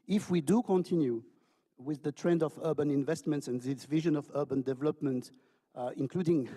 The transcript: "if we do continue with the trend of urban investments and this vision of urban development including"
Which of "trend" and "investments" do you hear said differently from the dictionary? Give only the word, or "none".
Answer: none